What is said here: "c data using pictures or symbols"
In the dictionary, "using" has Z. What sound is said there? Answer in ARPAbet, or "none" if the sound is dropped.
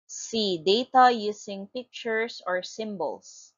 S